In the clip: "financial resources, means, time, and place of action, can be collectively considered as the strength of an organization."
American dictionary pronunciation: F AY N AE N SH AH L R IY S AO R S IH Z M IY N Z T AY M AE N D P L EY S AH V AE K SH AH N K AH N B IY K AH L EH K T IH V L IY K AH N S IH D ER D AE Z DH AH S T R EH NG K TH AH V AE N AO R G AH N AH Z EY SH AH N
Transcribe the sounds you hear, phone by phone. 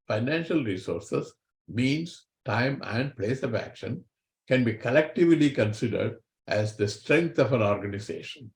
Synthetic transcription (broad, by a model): F AY N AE N SH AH L R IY S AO R S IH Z M IY N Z T AY M AE N D P L EY S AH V AE K SH AH N K AH N B IY K AH L EH K T IH V L IY K AH N S IH D ER D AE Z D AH S T R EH NG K T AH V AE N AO R G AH N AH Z EY SH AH N